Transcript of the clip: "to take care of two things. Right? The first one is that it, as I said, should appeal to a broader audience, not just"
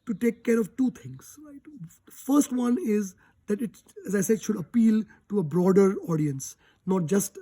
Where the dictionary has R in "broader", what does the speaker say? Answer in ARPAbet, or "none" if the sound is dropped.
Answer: R